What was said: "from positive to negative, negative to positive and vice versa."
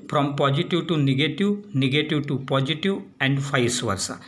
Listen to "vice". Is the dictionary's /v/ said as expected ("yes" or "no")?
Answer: no